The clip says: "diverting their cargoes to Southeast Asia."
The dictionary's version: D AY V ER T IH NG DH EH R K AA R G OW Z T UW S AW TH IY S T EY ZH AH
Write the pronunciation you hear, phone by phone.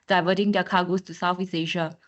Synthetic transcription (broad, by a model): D AY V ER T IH NG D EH K AA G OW S T UW S AW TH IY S EY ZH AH